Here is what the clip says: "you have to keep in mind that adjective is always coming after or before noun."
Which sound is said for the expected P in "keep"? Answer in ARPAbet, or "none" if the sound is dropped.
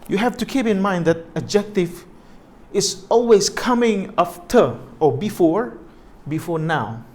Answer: P